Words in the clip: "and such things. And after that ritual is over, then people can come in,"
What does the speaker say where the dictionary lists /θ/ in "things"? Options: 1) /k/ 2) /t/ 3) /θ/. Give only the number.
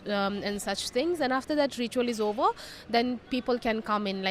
2